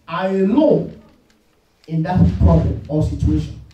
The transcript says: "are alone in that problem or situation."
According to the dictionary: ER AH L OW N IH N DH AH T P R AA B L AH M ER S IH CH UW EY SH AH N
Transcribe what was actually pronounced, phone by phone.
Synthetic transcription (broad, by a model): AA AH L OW IH N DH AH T P R AA B L AH M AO S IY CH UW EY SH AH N